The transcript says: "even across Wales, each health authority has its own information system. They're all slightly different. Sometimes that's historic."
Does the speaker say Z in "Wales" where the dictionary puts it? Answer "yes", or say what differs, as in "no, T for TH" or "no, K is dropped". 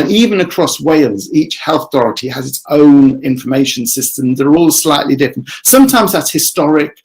yes